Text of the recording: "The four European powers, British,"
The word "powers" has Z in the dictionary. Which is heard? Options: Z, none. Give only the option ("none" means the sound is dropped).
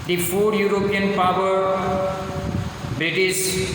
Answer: none